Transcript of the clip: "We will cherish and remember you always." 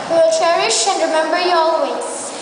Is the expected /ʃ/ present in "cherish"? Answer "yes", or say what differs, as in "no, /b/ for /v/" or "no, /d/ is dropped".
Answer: yes